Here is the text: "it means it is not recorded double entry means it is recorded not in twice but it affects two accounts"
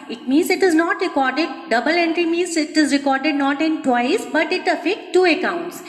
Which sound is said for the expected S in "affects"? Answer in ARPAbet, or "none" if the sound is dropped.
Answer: none